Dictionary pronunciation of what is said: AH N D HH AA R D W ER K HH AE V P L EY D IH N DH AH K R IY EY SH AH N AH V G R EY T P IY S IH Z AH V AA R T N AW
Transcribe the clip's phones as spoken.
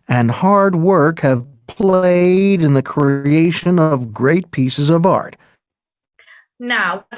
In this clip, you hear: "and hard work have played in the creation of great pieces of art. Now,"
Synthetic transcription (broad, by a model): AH N HH AA R D W ER K HH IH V P L EY D IH N DH AH K R IY EY SH AH N AH V G R EY T P IY S IH Z AH V AA R T N AW